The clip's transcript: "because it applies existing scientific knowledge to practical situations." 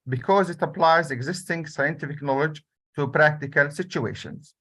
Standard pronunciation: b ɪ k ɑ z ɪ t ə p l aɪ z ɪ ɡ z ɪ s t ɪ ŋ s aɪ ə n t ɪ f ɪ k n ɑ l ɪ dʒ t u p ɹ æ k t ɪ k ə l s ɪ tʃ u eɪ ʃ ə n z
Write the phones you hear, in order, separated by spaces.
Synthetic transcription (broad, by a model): b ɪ k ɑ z ɪ t ə p l aɪ z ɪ ɡ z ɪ s t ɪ ŋ s aɪ ə n t ɪ f ɪ k n ɑ l ɪ dʒ t u p ɹ æ k t ɪ k ə l s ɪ tʃ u eɪ ʃ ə n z